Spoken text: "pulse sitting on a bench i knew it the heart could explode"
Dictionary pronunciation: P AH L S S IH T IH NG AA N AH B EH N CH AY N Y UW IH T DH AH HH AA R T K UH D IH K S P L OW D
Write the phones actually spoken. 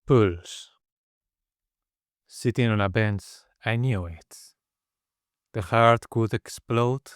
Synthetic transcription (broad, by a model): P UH L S S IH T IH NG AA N AH B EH N S AY N Y UW IH T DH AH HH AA R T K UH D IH K S P L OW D